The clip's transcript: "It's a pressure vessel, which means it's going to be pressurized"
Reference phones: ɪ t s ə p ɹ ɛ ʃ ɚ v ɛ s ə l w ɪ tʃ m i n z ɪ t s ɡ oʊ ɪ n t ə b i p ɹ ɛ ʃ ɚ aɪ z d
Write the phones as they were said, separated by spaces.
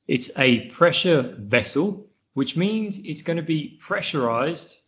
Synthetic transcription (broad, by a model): ɪ t s ə p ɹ ɛ ʃ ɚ v ɛ s ə l w ɪ tʃ m i n z ɪ t s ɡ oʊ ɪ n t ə b i p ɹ ɛ ʃ ɚ aɪ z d